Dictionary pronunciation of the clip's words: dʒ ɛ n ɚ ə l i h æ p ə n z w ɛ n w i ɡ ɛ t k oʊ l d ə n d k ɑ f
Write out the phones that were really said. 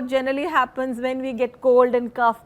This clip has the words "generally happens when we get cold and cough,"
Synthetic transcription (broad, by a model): dʒ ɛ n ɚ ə l i h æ p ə n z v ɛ n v i ɡ ɛ t k oʊ l d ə n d k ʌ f